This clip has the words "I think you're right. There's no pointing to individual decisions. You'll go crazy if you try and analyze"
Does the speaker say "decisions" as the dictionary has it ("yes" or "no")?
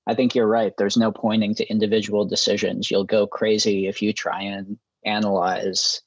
yes